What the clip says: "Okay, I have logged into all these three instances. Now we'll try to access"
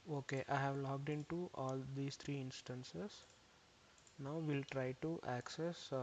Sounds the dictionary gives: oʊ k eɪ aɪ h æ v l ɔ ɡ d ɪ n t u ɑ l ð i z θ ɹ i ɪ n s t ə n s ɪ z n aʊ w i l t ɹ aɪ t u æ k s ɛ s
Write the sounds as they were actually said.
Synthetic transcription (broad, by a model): oʊ k eɪ aɪ h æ v l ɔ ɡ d ɪ n t u ɑ l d i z t ɹ i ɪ n s t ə n s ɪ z n aʊ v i l t ɹ aɪ t u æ k s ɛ s